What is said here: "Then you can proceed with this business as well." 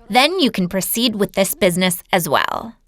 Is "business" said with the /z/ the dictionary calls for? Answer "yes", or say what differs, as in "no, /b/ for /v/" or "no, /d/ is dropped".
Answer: yes